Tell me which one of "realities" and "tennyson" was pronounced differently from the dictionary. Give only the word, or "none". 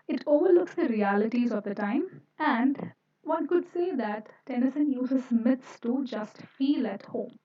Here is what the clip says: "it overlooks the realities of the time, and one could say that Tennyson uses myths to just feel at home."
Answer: none